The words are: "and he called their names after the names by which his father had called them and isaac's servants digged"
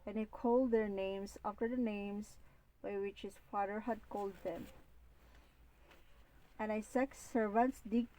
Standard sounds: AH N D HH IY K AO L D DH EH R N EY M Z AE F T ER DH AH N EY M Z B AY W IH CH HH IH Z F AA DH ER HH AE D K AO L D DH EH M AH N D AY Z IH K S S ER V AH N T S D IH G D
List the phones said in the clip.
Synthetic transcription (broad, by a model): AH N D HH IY K AO L D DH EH R N EY M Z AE F T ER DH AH N EY M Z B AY W IH CH HH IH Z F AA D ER HH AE D K AO L D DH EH M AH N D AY S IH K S S ER V AH N T S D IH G